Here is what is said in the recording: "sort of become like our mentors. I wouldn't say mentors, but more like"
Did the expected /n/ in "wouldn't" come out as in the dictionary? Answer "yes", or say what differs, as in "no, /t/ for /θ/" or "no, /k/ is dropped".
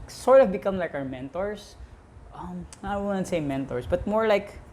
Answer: no, /n/ is dropped